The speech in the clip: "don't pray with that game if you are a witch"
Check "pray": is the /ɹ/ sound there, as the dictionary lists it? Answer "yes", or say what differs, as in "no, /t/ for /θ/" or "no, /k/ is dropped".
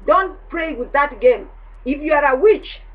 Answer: yes